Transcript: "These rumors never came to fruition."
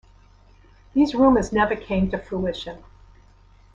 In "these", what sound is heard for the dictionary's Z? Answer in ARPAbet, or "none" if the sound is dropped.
Z